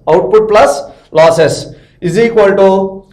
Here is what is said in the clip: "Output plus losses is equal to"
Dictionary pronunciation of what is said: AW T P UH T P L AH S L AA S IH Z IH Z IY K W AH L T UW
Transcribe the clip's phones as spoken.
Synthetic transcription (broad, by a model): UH T P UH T P L AH S L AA S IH S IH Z IY K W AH L T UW